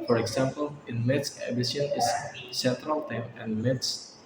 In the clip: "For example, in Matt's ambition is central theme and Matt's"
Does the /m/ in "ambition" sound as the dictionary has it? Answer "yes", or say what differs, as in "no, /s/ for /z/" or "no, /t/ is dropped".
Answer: no, /m/ is dropped